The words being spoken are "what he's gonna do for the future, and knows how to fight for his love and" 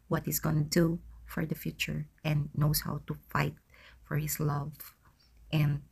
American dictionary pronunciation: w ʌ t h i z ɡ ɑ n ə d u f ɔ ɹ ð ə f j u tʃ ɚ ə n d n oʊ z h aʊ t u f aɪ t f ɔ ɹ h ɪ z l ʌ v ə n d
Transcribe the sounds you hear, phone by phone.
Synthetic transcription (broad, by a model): w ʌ t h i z ɡ ɑ n ə d u f ɔ ɹ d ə f j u tʃ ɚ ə n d n oʊ s h aʊ t u f aɪ t f ɔ ɹ h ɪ s l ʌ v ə n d